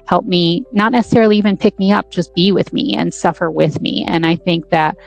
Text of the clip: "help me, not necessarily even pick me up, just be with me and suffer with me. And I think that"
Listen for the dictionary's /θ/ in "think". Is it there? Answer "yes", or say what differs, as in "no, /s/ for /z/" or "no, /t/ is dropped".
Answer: yes